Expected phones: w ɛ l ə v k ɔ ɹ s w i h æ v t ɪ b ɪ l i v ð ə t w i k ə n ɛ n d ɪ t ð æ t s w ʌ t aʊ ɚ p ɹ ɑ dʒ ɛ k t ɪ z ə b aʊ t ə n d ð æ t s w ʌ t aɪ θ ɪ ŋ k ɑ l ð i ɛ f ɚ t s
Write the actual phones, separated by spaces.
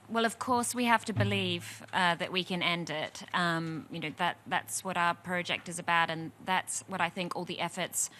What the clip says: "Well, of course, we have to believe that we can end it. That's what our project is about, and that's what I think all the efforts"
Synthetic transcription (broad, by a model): w ɛ l ə v k ɔ ɹ s w i h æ f t ɪ b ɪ l i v ð ə t w i k ə n ɛ n d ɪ t ð æ t s w ʌ t aʊ ɚ p ɹ ɑ dʒ ɛ k t ɪ z ə b aʊ t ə n ð æ t s w ʌ t aɪ θ ɪ ŋ k ɑ l ð i ɛ f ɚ t s